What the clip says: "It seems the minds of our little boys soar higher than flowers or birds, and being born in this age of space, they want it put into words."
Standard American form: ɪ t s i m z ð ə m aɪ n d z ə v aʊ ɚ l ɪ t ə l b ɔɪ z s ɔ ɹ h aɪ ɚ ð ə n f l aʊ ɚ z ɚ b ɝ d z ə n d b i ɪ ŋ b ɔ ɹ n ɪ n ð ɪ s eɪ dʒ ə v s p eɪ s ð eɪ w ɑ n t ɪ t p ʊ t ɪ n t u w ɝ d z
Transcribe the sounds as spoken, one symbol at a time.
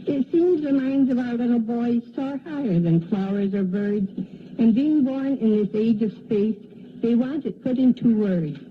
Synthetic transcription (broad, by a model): ɪ t s i m z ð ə m aɪ n d z ə v aʊ ɚ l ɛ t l b ɔɪ z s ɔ ɹ h aɪ ɚ ð ə n f l aʊ ɚ z ɚ b ɝ d z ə n b i ɪ ŋ b ɔ ɹ n ɪ n ð ɪ s eɪ dʒ ə v s p eɪ s ð eɪ w ɑ n t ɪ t p ʊ t ɪ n t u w ɝ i